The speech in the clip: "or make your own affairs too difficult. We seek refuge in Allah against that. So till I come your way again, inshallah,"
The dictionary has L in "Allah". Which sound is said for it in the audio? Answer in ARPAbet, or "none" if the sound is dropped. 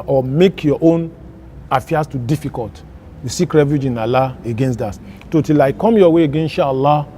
L